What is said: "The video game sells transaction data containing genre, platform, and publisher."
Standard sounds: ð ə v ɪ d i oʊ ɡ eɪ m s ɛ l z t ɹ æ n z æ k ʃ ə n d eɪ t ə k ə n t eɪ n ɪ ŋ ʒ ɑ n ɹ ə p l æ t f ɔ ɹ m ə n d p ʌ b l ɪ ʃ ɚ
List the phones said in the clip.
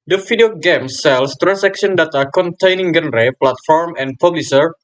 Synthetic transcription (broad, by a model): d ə f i d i oʊ ɡ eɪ m s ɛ l s t ɹ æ n s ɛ k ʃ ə n d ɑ t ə k ə n t eɪ n ɪ ŋ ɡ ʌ n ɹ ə p l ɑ t f ɔ ɹ m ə n p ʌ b l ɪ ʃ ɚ